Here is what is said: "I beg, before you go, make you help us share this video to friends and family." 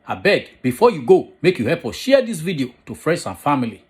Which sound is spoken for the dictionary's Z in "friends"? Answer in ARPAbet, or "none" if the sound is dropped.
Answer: S